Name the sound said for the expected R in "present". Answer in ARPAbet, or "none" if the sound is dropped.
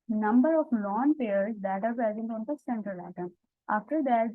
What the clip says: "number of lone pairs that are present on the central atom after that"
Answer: none